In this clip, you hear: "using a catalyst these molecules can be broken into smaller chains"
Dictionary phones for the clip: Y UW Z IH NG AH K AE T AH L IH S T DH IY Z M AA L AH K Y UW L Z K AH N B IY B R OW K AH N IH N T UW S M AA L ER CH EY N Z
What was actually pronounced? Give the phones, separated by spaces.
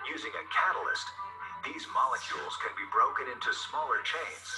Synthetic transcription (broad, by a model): Y UW Z IH NG AH K AE T L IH S T DH IY Z M AA L AH K Y UW L Z K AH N B IY B R OW K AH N IH N T UW S M AA L ER CH EY N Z